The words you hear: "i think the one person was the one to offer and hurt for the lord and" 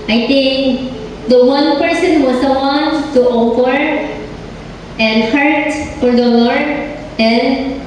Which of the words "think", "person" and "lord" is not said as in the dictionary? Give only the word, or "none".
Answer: think